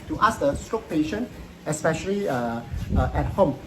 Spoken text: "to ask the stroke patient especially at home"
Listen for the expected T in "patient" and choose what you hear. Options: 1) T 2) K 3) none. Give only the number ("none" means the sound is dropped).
3